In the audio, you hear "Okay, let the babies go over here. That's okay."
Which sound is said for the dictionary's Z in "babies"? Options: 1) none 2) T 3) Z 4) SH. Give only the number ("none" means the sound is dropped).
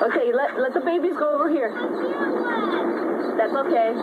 3